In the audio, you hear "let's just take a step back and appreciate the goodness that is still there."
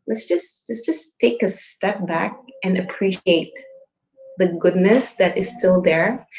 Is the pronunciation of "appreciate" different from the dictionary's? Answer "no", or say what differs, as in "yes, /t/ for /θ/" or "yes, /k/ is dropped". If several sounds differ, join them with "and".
no